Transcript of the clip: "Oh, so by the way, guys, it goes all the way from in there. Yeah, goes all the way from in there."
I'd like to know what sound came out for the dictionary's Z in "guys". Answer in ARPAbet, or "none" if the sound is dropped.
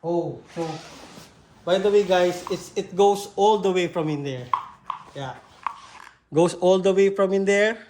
S